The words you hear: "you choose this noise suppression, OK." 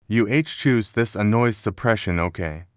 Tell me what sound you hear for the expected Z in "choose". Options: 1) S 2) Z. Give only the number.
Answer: 2